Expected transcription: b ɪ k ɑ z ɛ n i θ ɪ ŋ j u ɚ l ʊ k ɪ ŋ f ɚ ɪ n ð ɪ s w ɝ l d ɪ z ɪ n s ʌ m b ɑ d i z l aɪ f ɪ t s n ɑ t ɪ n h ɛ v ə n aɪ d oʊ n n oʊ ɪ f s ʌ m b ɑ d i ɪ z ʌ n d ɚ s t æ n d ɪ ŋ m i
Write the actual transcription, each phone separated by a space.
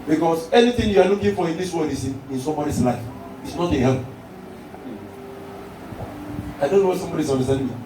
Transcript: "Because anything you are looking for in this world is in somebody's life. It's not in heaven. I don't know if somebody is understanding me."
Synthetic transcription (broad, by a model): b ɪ k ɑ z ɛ n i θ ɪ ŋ j u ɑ l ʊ k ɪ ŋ f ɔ ɪ n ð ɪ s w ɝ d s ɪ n ɪ n s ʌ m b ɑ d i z l aɪ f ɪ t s n ɑ t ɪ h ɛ p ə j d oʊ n n oʊ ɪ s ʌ m b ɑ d i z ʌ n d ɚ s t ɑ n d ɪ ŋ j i